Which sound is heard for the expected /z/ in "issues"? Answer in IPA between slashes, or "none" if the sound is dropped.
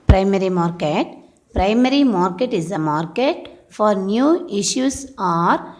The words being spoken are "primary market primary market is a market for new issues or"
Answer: /s/